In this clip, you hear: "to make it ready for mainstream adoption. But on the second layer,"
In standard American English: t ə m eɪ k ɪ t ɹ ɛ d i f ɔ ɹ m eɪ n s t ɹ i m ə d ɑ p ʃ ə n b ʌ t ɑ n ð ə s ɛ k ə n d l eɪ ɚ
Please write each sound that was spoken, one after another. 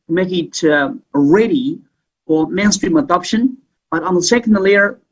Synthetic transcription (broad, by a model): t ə m eɪ k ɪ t ɹ ɛ d i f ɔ l m eɪ n s t ɹ i m ə d ɑ p ʃ ə n b ʌ t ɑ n ð ə s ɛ k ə n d l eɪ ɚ